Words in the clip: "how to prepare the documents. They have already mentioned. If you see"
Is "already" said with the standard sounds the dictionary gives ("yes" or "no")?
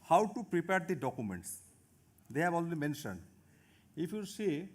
no